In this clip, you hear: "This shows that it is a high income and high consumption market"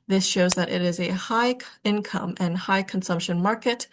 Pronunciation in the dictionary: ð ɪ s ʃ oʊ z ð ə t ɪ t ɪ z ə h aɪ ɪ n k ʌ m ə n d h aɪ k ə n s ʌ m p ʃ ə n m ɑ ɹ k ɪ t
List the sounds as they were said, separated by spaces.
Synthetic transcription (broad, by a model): ð ɪ s ʃ oʊ z ð ə t ɪ t ɪ z ə h aɪ ɪ n k ʌ m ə n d h aɪ k ə n s ʌ m p ʃ ə n m ɑ ɹ k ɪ t